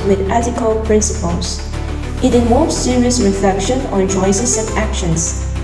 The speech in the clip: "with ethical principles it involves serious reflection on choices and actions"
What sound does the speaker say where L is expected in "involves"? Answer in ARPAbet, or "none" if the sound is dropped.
none